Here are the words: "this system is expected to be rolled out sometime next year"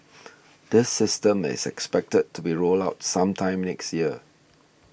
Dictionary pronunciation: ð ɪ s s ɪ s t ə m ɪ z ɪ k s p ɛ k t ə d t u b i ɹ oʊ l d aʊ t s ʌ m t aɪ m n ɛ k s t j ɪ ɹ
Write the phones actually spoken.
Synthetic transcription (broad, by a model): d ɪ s s ɪ s t ə m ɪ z ɪ k s p ɛ k t ə d t u b i ɹ oʊ l aʊ t s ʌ m t aɪ m n ɛ k s t j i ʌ